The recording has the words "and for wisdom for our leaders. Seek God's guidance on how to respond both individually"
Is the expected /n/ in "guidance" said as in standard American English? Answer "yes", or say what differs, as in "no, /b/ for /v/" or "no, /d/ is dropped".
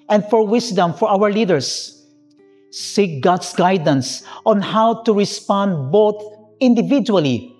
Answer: yes